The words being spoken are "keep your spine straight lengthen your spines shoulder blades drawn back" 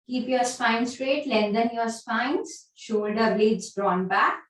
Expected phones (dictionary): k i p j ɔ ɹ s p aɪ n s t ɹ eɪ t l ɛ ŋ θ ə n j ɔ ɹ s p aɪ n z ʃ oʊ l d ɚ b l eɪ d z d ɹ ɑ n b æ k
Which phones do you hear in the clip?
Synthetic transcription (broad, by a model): k i p j ɔ ɹ s p aɪ n s t ɹ eɪ t l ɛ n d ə n j ɔ ɹ s p aɪ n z ʃ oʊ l d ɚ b l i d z d ɹ ɑ n b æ k